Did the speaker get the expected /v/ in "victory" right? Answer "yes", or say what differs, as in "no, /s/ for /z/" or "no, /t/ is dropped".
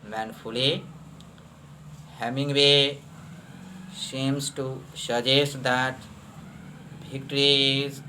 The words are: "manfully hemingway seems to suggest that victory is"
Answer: no, /b/ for /v/